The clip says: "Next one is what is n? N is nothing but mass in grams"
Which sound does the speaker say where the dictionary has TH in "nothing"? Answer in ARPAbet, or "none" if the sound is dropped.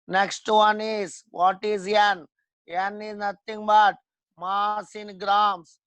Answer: T